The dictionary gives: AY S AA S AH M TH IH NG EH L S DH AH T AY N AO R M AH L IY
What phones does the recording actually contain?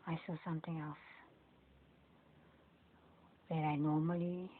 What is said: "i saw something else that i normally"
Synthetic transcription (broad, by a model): AY S AA S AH M T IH NG EH L S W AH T AY N AO M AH L IY